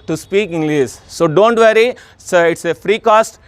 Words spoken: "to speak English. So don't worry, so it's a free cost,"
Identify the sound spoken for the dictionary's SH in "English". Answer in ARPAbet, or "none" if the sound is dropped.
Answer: S